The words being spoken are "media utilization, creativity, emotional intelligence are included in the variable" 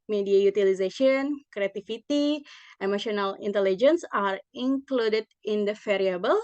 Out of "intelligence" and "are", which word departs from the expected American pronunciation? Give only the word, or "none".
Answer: none